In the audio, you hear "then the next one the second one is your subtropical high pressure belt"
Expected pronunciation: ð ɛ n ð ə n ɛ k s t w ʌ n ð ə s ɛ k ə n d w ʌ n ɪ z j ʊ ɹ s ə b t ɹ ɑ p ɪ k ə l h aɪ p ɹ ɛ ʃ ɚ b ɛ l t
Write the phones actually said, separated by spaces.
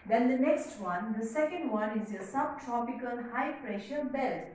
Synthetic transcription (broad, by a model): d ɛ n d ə n ɛ k s t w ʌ n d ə s ɛ k ə n d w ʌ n ɪ z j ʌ s ə b t ɹ ɑ p ɪ k ə l h aɪ p ɹ ɛ ʃ ɚ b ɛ l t